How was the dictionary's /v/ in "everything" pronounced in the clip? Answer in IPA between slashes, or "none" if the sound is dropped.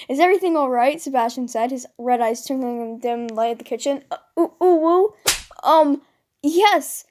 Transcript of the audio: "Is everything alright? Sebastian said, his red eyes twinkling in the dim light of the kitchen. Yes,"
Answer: /v/